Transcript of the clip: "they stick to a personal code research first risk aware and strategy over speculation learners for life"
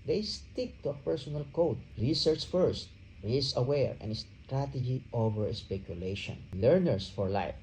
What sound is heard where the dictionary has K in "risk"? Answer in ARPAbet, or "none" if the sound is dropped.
none